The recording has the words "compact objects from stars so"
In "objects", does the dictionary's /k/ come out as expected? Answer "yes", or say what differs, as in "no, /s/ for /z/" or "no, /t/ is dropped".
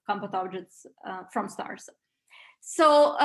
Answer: no, /k/ is dropped